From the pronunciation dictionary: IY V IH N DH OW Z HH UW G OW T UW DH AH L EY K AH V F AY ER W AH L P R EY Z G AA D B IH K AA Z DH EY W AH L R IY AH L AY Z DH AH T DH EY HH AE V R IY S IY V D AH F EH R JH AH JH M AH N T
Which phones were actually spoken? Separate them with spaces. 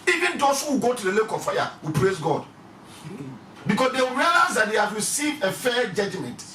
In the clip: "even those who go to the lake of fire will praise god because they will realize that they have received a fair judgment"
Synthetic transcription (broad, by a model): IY V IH N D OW S HH UW G OW T UW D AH L EY K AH F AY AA W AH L P R EY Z G AA D B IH K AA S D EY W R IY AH L AY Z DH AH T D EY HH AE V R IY S IY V AH F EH JH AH JH M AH N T